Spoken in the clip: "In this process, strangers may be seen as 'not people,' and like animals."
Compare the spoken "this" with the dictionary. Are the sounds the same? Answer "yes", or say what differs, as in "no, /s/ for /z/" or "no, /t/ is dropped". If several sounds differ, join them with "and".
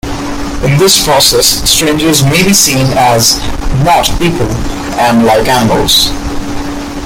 yes